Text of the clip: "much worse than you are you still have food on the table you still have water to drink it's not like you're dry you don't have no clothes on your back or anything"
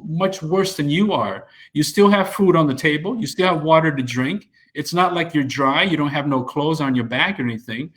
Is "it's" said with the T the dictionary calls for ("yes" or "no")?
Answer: yes